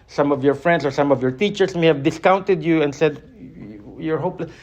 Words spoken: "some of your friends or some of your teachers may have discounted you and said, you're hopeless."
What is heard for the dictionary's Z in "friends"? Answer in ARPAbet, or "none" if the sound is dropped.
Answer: S